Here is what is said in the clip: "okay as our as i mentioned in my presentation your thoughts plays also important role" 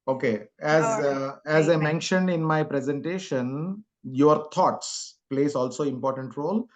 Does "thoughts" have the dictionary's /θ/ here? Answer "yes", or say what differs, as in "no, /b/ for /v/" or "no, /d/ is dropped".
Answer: no, /t/ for /θ/